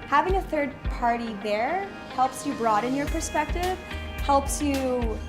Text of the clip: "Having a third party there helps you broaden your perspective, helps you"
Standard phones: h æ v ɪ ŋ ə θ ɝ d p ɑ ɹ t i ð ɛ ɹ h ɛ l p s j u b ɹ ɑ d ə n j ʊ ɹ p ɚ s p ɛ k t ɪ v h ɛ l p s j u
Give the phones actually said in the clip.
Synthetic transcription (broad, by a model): h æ v ɪ ŋ ə θ ɝ d p ɑ ɹ t i ð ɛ ɹ h ɛ l p s j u b ɹ ɑ d ə n j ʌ ɹ p ɚ s p ɛ k t ɪ v h ɛ l p s j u